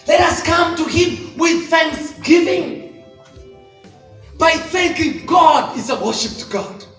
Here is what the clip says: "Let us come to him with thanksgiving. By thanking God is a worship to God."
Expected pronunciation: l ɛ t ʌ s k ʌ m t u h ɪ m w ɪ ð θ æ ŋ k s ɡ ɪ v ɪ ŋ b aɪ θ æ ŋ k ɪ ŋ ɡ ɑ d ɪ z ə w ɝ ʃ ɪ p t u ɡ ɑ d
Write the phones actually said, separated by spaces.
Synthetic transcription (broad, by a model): l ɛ t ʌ s k ʌ m t u h ɪ m w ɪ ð θ æ ŋ k s ɡ ɪ v ɪ ŋ b aɪ θ æ ŋ k ɪ ŋ ɡ ɑ d ɪ z ə w ɝ ʃ ɪ p t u ɡ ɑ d